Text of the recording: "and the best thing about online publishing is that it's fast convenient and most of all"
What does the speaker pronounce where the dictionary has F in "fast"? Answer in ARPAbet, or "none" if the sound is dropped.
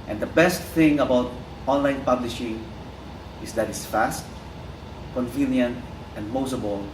F